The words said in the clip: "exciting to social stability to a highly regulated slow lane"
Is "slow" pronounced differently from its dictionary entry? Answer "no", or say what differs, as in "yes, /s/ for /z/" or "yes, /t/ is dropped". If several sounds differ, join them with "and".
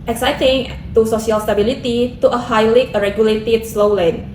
no